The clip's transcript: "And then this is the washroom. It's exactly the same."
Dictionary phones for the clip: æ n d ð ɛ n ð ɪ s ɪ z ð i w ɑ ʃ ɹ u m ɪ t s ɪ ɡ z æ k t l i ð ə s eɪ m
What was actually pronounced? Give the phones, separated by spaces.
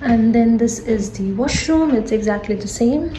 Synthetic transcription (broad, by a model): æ n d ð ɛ n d ɪ s ɪ z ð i w ɑ ʃ ɹ u m ɪ t s ɪ ɡ z æ k t l i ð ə s eɪ m